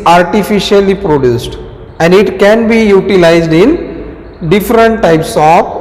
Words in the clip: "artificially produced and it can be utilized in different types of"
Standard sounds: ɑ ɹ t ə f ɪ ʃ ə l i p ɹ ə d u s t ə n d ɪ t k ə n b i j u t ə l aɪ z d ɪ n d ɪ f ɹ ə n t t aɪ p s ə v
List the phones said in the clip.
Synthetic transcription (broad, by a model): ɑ ɹ t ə f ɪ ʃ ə l i p ɹ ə d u s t ə n d ɪ t k ə n b i j u t ə l aɪ z d ɪ n d ɪ f ɹ ə n t t aɪ p s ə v